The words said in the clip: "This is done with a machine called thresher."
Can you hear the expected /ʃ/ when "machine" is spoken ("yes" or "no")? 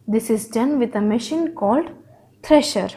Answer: yes